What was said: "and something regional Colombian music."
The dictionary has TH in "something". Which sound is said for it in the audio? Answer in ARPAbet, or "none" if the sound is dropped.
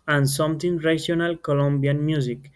T